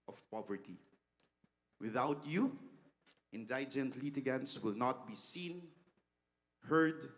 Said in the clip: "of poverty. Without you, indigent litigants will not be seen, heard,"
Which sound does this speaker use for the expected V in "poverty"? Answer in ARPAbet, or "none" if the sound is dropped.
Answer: V